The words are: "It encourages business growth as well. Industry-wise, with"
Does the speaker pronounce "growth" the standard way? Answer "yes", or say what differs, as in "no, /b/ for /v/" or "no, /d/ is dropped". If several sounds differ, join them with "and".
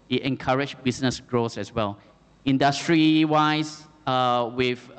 no, /s/ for /θ/